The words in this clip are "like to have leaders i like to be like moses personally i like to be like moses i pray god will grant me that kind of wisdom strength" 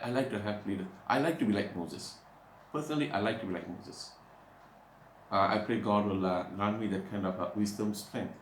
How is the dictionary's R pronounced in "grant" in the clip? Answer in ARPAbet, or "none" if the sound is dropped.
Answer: none